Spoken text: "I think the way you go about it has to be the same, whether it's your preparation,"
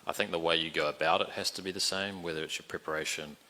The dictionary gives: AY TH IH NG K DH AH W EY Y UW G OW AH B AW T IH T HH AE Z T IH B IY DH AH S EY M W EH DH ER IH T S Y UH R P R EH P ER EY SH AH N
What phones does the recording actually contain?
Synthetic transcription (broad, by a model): AY TH IH NG K DH AH W EY Y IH G OW AH B AW T IH T HH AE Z T IH B IY DH AH S EY M W EH DH ER IH T S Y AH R P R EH P ER EY SH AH N